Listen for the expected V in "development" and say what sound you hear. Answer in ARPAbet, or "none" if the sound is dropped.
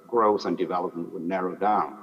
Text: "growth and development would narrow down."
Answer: V